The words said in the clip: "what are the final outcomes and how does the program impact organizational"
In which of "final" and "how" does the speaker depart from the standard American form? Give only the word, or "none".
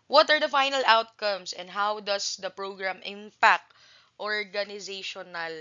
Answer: none